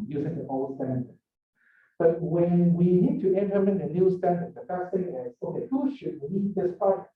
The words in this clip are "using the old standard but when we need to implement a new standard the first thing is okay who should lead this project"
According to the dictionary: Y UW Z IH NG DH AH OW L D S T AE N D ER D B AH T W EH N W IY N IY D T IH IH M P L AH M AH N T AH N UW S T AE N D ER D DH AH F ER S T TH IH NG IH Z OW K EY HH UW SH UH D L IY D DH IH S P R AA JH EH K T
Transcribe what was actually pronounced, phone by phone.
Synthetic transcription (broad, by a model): Y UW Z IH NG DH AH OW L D S T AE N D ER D B AH T W EH N W IY N IY D T IH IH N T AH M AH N AH N UW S T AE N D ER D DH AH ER S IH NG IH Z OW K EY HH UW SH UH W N IY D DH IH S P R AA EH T